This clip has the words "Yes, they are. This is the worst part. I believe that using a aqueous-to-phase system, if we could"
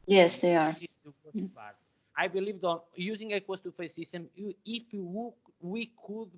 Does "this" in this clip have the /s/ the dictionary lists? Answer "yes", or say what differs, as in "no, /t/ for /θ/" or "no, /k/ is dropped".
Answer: no, /s/ is dropped